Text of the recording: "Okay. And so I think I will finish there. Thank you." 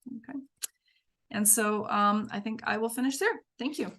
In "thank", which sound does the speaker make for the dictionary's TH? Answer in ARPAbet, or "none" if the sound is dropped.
TH